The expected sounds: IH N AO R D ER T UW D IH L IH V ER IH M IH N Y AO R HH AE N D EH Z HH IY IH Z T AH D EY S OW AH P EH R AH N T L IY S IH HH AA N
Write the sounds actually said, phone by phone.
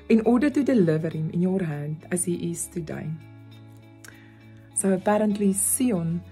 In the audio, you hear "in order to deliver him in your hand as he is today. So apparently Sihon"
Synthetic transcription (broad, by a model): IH N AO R D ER T UW D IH L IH V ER IH M IH N Y AO R HH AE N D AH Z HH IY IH S T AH D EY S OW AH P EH R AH N T L IY S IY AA N